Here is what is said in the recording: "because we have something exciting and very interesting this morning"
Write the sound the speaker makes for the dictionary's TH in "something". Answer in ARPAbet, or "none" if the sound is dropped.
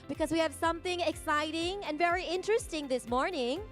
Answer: TH